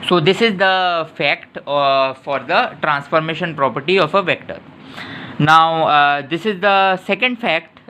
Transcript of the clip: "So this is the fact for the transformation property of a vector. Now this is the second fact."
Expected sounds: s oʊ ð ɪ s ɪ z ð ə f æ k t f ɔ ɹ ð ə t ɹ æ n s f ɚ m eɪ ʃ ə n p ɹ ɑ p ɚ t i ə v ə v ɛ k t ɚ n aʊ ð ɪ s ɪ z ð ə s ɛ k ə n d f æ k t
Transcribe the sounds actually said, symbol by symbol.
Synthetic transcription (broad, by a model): s oʊ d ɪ s ɪ z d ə f æ k t f ɔ ɹ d ə t ɹ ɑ n s f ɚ m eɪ ʃ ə n p ɹ ɑ p ɚ t i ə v ə v ɛ k t ɚ n aʊ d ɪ s ɪ z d ə s ɛ k ə n d f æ k t